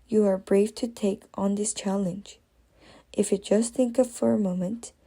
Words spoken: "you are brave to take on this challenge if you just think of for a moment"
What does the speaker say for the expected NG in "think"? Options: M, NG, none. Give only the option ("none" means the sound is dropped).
NG